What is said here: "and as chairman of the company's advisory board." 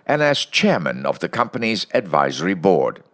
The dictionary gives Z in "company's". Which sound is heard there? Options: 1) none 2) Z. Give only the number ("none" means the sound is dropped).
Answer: 2